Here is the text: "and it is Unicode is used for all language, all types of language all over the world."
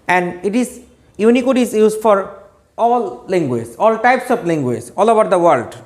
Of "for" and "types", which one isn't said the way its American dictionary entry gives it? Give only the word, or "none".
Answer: none